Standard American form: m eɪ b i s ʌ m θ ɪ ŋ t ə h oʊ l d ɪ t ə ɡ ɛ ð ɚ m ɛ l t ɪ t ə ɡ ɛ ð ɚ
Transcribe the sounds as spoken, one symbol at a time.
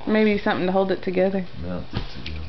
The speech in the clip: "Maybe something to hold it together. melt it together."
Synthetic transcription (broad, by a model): m eɪ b i s ʌ m θ ɪ ŋ t ə h oʊ l d ɪ t ə ɡ ɛ ð ɚ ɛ ɪ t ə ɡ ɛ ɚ